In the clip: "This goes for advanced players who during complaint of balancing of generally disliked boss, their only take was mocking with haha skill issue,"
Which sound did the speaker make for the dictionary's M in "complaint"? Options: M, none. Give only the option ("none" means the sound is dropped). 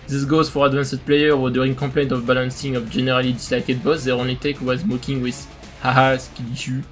none